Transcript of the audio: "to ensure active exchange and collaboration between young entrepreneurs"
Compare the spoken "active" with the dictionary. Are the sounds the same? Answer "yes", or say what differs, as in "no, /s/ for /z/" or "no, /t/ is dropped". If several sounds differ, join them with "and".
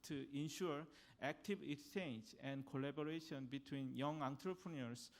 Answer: no, /b/ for /v/